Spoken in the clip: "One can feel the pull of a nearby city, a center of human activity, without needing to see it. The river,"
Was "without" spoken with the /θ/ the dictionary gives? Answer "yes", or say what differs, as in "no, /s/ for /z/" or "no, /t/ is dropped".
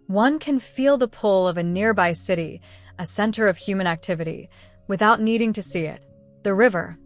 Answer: yes